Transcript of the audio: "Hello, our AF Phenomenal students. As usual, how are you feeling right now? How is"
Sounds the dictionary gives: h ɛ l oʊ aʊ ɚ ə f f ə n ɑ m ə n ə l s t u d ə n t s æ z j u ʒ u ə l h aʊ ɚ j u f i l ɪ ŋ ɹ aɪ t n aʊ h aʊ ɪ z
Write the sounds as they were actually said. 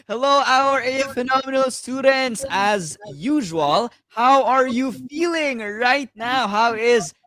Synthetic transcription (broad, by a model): h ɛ l oʊ aʊ ɚ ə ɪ f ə n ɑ m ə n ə l s t u d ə n t s æ z j u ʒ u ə l h aʊ ɚ j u f i l ɪ ŋ ɹ aɪ t n aʊ h aʊ ɪ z